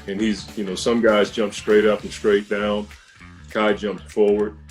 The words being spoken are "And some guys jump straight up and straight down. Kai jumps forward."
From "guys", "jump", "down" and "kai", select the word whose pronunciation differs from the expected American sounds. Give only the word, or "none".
none